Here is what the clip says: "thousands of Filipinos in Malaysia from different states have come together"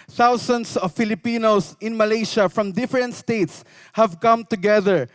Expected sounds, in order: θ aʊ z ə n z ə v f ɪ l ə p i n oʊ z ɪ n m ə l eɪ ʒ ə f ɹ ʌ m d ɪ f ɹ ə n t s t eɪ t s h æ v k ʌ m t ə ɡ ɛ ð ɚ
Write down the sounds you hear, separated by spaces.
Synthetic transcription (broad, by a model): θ aʊ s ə n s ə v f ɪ l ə p i n oʊ s ɪ n m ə l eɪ ʃ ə f ɹ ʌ m d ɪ f ɹ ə n t s t eɪ t s h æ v k ʌ m t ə ɡ ɛ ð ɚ